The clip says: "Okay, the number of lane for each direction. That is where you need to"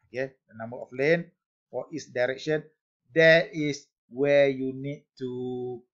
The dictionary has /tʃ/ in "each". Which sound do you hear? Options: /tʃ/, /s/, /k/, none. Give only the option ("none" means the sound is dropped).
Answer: /s/